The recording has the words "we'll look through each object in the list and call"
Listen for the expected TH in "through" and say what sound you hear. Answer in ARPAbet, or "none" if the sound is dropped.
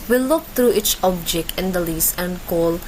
T